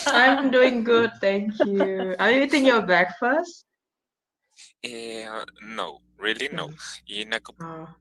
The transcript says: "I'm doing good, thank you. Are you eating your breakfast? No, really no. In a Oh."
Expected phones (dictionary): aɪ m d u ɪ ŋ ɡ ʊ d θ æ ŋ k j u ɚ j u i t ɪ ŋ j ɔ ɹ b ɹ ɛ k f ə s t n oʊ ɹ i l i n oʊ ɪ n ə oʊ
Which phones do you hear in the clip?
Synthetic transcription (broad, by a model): aɪ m d u ɪ ŋ ɡ ʊ d t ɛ ŋ k j u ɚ j u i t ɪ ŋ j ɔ b ɛ k f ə s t n oʊ ɹ i l i n oʊ ɪ n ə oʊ